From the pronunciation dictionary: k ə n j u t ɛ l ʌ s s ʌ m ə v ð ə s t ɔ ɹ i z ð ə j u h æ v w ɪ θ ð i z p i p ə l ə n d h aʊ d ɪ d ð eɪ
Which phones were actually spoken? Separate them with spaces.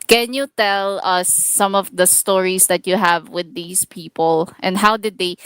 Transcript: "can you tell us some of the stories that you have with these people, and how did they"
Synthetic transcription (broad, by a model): k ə n j u t ɛ l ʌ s s ʌ m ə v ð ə s t ɔ ɹ i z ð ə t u h æ v w ɪ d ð i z p i p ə l ə n d h aʊ d ɪ d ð eɪ